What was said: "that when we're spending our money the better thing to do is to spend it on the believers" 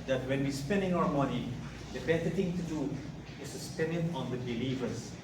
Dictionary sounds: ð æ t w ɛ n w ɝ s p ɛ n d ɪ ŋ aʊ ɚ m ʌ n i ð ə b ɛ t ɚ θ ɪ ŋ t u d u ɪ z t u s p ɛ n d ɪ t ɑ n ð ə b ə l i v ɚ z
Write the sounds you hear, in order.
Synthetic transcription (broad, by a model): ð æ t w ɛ n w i s p ɛ n d ɪ ŋ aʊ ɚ m ʌ n i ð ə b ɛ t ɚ t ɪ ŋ t u d u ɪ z t u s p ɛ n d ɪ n ɑ n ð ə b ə l i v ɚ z